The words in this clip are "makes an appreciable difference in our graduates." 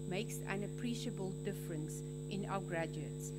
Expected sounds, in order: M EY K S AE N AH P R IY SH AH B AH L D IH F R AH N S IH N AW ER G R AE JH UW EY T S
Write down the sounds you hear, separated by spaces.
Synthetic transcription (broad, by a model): M EY K S AE N AH P R IY SH AH B AH L D IH F R AH N S IH N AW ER G R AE JH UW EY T S